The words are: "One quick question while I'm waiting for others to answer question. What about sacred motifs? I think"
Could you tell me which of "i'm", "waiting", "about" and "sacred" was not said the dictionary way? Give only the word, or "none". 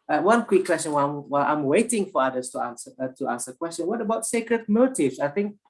none